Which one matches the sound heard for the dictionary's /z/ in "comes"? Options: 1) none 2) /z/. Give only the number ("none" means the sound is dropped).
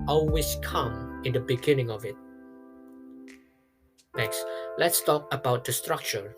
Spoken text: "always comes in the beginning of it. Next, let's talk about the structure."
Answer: 1